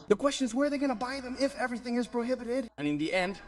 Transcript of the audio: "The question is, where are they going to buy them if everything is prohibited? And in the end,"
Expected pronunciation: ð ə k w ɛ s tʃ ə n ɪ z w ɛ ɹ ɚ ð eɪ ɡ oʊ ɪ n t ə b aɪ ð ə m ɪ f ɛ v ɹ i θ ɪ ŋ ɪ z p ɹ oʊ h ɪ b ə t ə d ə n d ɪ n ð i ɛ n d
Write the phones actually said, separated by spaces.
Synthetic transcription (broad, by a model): ð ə k w ɛ s tʃ ə n ɪ z w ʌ ɹ ð eɪ ɡ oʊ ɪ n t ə b aɪ ð ə m ɪ f ɛ v ɹ i θ ɪ ŋ ɪ z p ɹ oʊ h ɪ b ə t ə d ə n ɪ n ð i ɛ n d